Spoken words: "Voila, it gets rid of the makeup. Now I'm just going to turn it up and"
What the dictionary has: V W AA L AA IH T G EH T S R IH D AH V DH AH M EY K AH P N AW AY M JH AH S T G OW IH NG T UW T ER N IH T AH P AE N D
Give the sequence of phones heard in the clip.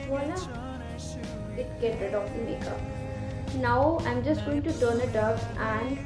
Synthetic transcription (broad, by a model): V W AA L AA IH T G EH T R IH D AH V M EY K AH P N AW AY M JH AH S T G OW IH NG T UW T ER N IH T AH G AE N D